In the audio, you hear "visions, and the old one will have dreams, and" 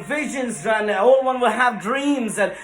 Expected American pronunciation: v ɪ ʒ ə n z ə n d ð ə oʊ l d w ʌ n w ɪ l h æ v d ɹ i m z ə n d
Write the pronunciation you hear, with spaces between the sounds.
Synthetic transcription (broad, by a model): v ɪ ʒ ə n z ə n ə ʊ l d w ʌ n w ɪ l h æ v d ɹ i m z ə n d